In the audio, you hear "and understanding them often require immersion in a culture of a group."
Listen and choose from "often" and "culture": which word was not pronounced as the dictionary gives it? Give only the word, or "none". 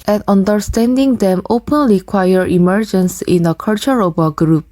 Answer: often